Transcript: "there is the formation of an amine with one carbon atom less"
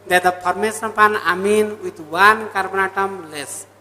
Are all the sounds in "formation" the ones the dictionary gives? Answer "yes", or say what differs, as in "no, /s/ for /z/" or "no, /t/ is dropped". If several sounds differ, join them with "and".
no, /s/ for /ʃ/